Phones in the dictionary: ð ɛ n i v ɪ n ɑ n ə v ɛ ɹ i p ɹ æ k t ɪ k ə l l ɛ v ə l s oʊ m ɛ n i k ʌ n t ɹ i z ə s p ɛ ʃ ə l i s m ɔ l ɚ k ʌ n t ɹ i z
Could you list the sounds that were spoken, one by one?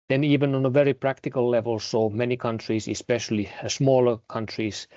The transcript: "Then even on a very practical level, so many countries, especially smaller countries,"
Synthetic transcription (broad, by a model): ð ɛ n i v ɪ n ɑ n ə v ɛ ɹ i p ɹ æ k t ɪ k ə l l ɛ v ə l s oʊ m ɛ n i k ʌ n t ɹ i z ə s p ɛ ʃ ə l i s m ɔ l ɚ k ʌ n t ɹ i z